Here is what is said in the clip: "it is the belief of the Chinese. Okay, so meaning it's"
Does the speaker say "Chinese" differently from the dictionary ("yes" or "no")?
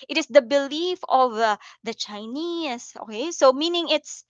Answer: yes